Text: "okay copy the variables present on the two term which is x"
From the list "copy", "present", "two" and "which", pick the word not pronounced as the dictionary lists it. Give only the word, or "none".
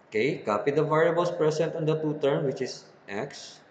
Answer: present